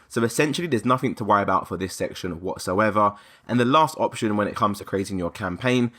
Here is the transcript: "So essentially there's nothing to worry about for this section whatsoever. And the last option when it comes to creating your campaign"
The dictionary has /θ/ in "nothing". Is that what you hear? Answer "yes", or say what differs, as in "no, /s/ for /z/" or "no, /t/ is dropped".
yes